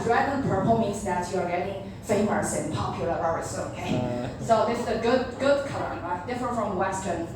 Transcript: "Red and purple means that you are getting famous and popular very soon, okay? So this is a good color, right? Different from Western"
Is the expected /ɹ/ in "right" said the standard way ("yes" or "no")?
no